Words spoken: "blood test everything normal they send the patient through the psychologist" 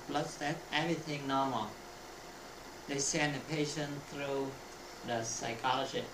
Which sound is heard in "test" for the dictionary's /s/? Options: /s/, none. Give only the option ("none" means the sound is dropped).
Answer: none